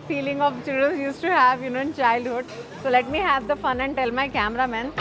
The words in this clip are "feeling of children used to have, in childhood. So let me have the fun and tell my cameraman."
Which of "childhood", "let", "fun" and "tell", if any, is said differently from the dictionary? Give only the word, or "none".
none